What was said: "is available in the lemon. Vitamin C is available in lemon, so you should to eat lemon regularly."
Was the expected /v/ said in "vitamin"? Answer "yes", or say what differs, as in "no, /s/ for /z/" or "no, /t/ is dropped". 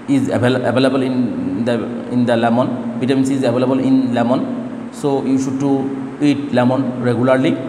no, /b/ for /v/